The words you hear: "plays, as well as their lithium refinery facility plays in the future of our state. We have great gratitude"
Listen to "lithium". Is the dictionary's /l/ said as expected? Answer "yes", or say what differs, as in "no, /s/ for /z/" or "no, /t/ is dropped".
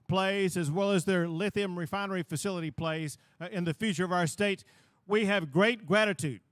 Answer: yes